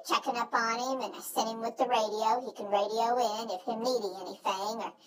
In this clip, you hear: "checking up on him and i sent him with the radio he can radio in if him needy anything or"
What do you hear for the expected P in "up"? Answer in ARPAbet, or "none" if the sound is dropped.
P